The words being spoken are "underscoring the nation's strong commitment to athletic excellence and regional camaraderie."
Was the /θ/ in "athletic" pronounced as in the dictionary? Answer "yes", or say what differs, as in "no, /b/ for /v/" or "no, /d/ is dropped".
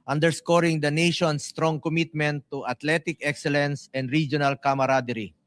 no, /t/ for /θ/